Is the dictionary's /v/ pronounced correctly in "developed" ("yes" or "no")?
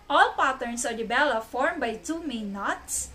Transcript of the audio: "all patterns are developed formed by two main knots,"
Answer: no